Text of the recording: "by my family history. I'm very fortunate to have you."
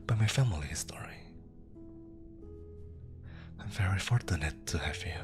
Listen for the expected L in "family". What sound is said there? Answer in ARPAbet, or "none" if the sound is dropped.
L